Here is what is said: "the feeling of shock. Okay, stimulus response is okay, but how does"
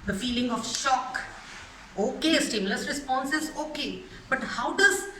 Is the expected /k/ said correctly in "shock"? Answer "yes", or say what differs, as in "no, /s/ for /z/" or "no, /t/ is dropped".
yes